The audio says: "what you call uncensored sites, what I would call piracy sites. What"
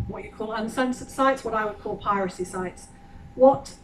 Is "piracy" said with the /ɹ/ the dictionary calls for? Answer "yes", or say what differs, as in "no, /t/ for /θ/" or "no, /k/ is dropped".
yes